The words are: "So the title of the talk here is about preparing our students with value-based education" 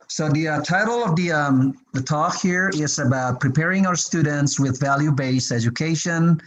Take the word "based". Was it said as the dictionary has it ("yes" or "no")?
no